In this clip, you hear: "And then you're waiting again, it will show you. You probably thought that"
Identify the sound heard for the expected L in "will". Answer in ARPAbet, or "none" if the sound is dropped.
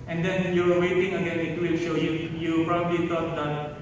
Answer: L